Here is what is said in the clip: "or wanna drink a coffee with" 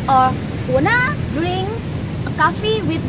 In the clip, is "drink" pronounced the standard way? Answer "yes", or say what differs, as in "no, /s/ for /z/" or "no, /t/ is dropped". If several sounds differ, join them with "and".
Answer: no, /k/ is dropped